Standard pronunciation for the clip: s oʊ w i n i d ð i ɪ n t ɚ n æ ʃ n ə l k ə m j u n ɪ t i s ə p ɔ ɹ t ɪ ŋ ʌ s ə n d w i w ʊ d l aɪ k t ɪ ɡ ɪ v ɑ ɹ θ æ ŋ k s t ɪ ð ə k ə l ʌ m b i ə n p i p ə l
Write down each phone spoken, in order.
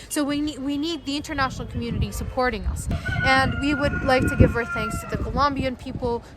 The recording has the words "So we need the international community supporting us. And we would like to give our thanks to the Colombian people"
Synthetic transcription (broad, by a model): s oʊ w i n i d ð i ɪ n t ɚ n æ ʃ n l k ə m j u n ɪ t i s ə p ɔ ɹ t ɪ ŋ ʌ s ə n w i w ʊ d l aɪ k t ɪ ɡ ɪ v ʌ ɹ θ æ ŋ k s t ɪ ð ə k ə l ʌ m b i ə n p i p l